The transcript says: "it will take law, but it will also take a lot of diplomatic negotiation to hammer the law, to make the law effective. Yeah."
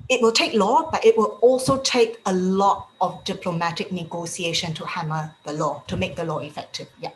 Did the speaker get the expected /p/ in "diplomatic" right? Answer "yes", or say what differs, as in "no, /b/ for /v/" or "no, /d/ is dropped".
yes